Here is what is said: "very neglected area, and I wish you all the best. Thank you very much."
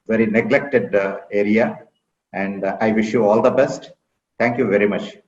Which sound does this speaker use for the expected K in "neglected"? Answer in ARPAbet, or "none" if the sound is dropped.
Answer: K